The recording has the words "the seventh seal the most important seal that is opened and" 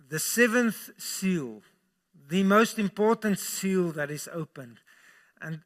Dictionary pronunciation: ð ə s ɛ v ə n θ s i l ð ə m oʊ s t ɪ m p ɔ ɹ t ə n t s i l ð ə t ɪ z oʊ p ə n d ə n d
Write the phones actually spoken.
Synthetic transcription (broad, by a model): ð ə s ɛ v ə n θ s i l ð ə m oʊ s t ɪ m p ɔ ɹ t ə n t s i l ð ə t ɪ z oʊ p ə n d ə n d